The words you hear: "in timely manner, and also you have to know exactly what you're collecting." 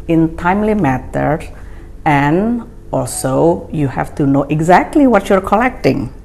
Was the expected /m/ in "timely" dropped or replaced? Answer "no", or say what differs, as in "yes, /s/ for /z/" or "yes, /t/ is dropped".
no